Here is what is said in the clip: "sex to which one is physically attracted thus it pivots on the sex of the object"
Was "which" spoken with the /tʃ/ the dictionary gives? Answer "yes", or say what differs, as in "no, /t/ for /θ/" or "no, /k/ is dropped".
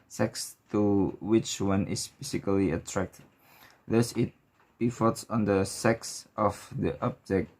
yes